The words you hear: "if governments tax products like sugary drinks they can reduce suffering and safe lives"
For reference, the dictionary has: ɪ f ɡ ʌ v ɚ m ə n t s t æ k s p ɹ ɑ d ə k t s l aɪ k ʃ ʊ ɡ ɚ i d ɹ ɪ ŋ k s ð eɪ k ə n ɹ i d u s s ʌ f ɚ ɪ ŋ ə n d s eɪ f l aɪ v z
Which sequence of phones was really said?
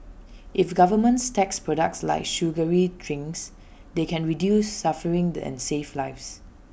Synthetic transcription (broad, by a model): ɪ f ɡ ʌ v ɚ m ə n t s t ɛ k s p ɹ ɑ d ə k t s l aɪ k ʃ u ɡ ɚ i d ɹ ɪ ŋ s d eɪ k ə n ɹ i d u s s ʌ f ɚ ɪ ŋ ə n s eɪ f l aɪ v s